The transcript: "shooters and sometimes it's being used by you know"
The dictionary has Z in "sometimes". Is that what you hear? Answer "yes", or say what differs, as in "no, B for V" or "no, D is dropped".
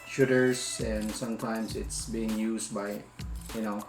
no, S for Z